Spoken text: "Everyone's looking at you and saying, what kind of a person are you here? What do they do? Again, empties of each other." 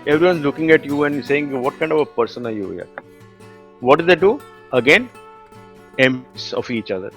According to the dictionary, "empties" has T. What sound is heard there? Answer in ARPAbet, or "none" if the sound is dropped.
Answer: S